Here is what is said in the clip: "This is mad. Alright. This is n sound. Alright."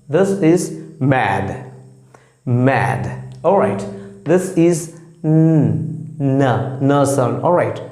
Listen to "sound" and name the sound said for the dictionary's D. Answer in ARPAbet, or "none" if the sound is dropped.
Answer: none